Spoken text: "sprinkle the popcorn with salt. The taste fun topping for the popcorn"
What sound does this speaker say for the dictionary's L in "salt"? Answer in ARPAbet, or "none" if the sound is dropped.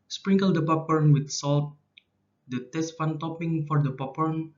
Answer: L